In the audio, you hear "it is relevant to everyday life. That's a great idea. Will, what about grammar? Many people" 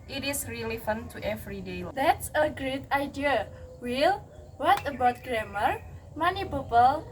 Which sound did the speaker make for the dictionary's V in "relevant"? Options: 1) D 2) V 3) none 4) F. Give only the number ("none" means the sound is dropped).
4